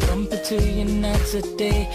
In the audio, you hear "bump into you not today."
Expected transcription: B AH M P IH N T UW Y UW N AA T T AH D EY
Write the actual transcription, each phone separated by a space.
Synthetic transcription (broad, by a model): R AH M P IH T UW Y UW N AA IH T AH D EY